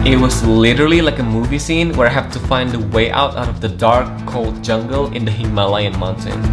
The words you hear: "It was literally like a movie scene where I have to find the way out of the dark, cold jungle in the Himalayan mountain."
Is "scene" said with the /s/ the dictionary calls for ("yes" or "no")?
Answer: yes